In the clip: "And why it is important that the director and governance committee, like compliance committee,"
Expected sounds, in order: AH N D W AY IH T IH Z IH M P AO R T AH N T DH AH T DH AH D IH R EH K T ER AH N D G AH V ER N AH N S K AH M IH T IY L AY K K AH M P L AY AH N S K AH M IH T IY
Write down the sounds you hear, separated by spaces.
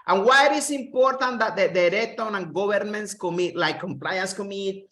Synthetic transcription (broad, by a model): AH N W AY IH T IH S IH M P AO R T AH N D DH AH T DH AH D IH R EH T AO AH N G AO B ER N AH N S K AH M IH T L AY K K AH M P L AY AH N S K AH M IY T